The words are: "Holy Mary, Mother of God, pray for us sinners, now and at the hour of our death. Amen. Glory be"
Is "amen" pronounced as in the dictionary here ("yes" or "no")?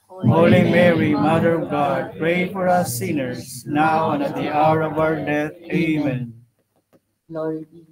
no